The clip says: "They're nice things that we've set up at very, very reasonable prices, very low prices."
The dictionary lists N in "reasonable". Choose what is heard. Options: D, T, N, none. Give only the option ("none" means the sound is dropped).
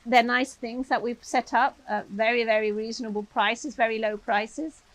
N